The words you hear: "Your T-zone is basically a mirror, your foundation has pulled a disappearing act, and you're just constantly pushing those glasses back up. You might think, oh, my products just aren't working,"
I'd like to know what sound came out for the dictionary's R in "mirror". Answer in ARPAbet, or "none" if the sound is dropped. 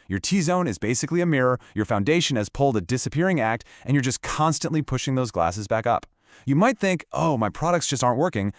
R